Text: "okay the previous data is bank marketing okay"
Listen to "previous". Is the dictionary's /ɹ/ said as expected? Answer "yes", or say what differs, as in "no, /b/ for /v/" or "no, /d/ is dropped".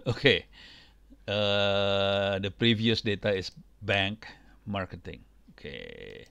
yes